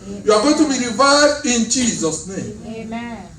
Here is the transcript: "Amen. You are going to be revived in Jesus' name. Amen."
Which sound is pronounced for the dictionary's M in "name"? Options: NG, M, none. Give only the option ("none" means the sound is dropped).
none